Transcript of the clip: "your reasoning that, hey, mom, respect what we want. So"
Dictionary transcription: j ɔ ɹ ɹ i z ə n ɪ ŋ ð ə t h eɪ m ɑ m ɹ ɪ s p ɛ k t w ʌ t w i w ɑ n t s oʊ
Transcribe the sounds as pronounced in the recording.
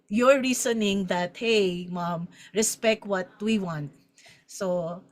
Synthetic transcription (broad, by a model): j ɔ ɹ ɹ i s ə n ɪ ŋ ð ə t h eɪ m ɑ m ɹ ɪ s p ɛ k t w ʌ t w i w ɑ n t s oʊ